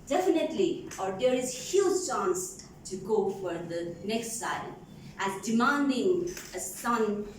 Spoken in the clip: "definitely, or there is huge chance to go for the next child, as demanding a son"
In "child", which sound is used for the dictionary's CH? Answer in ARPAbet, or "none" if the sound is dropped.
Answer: S